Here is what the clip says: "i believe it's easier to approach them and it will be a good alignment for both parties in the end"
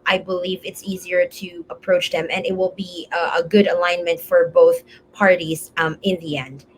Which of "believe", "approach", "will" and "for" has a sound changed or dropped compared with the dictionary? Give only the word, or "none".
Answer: none